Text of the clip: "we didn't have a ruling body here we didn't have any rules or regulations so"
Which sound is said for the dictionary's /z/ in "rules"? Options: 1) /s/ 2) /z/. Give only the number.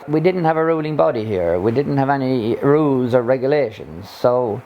2